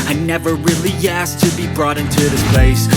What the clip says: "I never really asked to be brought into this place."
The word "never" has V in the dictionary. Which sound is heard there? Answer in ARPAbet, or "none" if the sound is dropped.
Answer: V